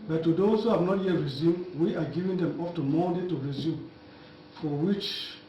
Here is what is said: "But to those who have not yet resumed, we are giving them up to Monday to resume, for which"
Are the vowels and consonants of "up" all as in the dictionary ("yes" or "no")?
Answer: no